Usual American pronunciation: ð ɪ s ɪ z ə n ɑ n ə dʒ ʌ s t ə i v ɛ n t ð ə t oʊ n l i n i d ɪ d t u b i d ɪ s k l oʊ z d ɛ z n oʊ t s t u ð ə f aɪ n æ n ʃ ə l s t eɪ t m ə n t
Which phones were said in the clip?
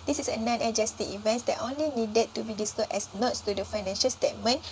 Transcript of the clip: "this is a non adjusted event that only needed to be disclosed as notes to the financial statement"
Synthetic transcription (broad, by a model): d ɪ s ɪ s ə n ɑ n ə dʒ ʌ s t ə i v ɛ n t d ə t oʊ n l i n i d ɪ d t u b i d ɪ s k oʊ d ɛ s n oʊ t s t u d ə f aɪ n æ n ʃ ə l s t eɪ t m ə n